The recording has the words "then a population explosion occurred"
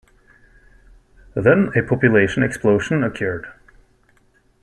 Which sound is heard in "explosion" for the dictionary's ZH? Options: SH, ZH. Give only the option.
SH